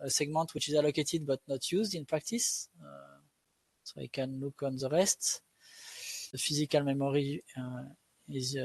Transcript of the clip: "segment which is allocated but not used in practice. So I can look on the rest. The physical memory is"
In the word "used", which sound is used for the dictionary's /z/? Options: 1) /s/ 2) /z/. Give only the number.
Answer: 2